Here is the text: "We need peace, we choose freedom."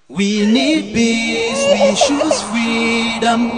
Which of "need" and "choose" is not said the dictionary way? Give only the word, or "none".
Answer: choose